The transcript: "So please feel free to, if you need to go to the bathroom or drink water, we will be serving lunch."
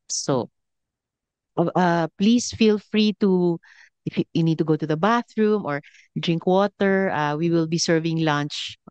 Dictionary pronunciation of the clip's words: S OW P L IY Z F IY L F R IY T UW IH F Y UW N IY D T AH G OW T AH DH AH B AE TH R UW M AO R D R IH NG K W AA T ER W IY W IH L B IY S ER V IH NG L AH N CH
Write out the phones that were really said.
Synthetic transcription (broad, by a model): S OW P L IY S F IY L F R IY T UW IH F Y UW N IY D T AH G OW T AH DH AH B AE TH R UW M AO R D R IH NG K W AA T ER W IY W IH L B IY S ER V IH NG L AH N CH